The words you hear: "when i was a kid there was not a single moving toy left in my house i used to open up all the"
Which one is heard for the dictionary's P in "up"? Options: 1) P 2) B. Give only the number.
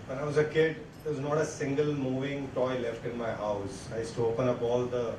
2